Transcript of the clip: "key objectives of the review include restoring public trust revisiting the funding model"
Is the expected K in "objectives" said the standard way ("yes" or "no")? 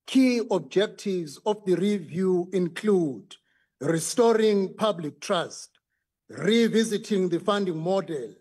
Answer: yes